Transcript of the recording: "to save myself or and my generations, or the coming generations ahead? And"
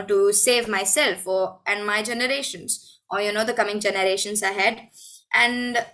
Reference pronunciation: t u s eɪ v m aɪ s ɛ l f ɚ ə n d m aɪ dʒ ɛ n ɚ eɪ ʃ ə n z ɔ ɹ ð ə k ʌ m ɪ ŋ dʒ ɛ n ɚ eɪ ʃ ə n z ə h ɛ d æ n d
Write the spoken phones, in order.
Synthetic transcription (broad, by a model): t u s eɪ v m aɪ s ɛ l f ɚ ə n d m aɪ dʒ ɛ n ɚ eɪ ʃ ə n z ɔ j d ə k ʌ m ɪ ŋ dʒ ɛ n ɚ eɪ ʃ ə n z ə h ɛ d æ n d